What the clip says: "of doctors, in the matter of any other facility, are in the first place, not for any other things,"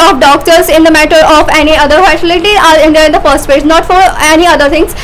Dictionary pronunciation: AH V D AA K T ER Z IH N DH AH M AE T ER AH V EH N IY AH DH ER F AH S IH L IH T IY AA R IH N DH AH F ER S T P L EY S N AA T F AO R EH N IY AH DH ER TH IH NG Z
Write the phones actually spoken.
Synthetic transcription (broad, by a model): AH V D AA K T ER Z IH N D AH M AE T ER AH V EH N IY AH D ER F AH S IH L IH T IY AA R IH N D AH F ER S T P EY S N AA T F AO R EH N IY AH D ER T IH NG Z